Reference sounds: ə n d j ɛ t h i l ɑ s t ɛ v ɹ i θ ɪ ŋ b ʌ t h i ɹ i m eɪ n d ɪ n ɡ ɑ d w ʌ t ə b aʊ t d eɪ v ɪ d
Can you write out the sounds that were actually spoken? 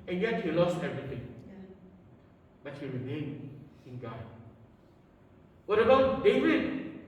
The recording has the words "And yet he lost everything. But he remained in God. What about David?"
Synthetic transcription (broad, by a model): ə n j ɛ t h i l ɑ s t ɛ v ɹ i t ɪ ŋ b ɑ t h i ɹ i m eɪ n ɪ n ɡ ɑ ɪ w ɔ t ə b aʊ t d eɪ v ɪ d